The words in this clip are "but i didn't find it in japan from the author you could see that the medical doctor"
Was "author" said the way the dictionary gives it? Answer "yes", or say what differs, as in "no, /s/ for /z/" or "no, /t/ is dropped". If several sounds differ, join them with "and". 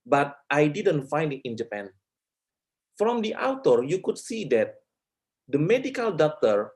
no, /t/ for /θ/